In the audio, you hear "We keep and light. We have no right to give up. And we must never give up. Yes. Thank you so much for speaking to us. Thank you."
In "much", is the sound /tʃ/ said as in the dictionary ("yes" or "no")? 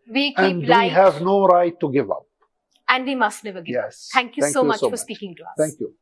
no